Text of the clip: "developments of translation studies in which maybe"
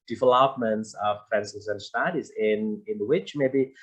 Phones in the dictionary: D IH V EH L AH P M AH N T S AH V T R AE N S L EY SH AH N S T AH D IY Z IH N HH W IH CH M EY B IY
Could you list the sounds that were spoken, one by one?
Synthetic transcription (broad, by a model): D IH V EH L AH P M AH N T S AH V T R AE N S EY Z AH N S T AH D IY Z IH N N W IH CH M EY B IY